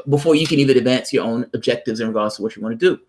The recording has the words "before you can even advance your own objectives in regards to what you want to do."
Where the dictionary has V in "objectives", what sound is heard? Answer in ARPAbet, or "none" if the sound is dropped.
V